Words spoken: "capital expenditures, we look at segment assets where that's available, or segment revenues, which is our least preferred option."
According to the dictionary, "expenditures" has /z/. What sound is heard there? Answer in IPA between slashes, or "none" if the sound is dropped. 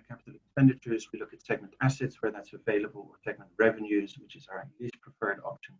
/z/